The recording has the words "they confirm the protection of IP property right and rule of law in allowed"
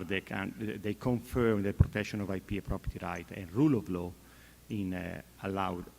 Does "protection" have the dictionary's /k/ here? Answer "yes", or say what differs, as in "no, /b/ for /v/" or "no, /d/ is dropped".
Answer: yes